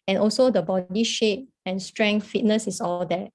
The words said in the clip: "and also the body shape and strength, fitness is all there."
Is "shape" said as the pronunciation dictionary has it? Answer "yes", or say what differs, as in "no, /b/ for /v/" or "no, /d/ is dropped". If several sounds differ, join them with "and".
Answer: yes